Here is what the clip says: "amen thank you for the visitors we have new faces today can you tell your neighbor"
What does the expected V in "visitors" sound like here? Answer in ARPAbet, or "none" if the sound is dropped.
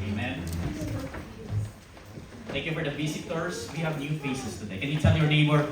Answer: B